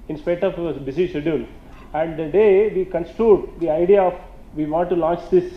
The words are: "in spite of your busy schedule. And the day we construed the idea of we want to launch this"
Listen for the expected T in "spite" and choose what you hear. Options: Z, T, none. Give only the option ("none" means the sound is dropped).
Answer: none